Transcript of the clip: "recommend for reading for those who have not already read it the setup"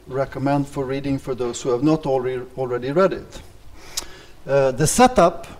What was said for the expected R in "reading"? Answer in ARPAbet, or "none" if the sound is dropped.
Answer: R